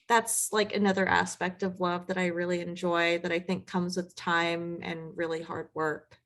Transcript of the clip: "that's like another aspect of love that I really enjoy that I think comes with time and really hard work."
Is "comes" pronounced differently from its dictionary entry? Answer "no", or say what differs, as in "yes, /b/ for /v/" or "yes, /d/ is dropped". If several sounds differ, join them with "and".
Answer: no